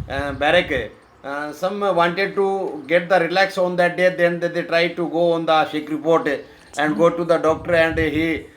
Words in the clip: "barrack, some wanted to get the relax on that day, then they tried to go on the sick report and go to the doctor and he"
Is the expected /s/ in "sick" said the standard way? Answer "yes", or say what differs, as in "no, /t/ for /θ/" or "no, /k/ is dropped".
no, /ʃ/ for /s/